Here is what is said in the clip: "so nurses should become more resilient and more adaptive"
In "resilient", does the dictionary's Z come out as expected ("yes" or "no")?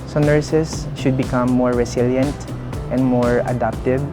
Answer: no